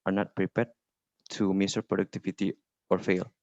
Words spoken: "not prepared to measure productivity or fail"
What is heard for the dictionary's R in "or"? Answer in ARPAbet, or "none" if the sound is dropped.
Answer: R